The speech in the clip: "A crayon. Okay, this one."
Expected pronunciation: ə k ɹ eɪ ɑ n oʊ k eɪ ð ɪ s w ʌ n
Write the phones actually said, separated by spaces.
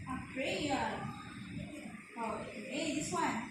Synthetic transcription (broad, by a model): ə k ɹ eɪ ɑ oʊ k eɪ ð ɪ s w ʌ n